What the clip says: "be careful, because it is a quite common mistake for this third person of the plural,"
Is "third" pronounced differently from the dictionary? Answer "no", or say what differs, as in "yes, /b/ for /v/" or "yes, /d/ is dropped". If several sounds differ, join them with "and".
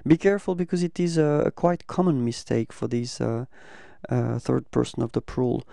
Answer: no